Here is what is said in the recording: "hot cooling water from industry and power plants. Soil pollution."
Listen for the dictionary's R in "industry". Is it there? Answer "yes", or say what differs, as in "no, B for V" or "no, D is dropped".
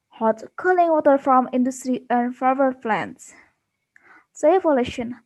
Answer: yes